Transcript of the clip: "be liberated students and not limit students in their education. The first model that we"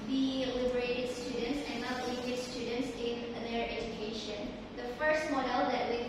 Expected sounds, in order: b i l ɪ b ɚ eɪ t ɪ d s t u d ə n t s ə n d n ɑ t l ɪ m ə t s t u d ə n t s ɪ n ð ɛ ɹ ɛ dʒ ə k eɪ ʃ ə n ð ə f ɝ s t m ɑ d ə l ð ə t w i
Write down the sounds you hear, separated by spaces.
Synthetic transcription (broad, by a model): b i l ɪ b ɚ eɪ t ɪ d s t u d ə n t s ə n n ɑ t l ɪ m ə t s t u d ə n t s ɪ n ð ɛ ɹ ɛ dʒ ə k eɪ ʃ ə n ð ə f ɝ s t m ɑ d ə l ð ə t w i